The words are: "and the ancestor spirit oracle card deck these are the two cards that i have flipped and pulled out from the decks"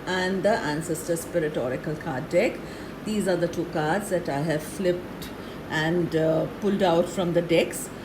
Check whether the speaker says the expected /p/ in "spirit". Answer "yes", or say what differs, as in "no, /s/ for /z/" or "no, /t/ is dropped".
yes